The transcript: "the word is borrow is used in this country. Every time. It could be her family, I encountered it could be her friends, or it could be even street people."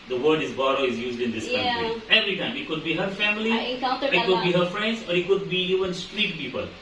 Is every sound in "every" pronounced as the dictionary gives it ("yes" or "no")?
yes